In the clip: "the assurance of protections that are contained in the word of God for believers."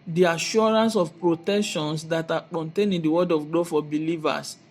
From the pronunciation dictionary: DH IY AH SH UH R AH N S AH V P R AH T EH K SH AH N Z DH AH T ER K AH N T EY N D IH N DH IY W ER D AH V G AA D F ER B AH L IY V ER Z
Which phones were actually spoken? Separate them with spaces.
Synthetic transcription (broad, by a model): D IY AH SH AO R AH N S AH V P R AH T EH K SH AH N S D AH T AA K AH N T EY N IH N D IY W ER D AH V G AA F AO B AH L IY V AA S